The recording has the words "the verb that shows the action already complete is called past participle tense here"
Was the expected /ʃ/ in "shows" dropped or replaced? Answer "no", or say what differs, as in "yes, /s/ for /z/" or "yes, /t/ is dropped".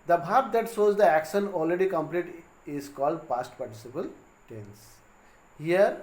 yes, /s/ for /ʃ/